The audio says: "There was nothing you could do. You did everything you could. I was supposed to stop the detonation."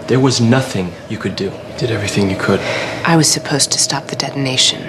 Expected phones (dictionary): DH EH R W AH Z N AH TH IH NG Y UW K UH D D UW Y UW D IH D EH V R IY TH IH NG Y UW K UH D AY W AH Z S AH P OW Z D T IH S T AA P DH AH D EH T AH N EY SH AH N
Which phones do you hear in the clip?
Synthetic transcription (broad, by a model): DH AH R W AH Z N AH TH IH NG Y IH K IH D D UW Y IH D IH D EH V R IY TH IH NG Y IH K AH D AY W AH Z S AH P OW Z T IH S T AA P DH AH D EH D N EY SH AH N